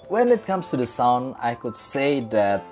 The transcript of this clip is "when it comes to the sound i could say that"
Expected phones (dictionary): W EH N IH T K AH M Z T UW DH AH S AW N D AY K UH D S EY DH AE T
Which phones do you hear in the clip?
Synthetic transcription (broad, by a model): W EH N IH T K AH M S T UW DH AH S AW N D AY K UH D S EY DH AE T